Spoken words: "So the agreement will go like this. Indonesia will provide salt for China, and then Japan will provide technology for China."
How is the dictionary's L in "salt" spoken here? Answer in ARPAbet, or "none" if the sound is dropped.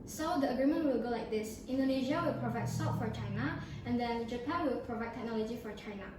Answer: none